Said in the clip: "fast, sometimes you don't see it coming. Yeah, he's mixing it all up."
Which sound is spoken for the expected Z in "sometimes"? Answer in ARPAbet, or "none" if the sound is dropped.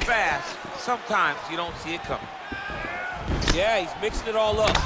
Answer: Z